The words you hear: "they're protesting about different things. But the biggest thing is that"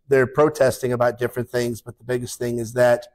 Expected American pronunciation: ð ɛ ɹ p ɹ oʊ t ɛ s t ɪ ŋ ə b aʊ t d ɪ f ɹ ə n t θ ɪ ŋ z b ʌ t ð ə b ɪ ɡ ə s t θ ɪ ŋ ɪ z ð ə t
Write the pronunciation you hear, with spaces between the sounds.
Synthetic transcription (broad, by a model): ð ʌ ɹ p ɹ oʊ t ɛ s t ɪ ŋ ə b aʊ t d ɪ f ɹ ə n θ ɪ ŋ z b ʌ t ð ə b ɪ ɡ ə s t θ ɪ ŋ ɪ z ð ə t